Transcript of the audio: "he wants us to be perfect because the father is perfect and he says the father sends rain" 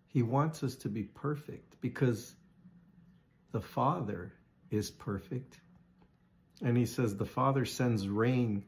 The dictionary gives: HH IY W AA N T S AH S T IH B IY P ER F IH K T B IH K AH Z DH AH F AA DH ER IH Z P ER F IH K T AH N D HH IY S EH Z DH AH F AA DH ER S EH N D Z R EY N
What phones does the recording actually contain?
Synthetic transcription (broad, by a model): HH IY W AA N T S AH S T IH B IY P ER F IH K T B IH K AH Z DH AH F AA DH ER IH Z P ER F IH K T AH N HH IY S EH Z DH AH F AA DH ER S EH N D Z R EY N